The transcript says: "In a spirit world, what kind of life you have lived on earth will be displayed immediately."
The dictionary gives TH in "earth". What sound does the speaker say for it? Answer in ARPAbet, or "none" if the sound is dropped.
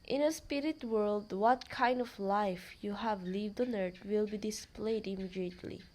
T